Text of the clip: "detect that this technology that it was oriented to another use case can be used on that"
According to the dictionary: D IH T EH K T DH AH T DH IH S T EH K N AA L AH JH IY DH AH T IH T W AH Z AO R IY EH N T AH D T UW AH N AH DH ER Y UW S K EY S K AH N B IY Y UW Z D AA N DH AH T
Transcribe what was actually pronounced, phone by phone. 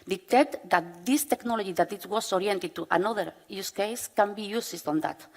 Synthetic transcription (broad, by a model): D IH T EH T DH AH T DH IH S T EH K N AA L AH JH IY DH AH T IH T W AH S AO R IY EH N T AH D T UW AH N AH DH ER Y UW S K EY S K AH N B IY Y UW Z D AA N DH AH T